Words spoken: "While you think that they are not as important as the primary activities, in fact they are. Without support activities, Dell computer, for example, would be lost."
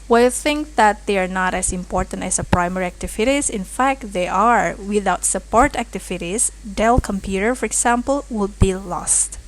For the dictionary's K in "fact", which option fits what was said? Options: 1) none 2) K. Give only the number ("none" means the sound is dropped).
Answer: 2